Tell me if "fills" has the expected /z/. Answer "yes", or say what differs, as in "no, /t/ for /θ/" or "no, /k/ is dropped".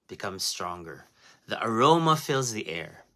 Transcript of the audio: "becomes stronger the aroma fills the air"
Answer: yes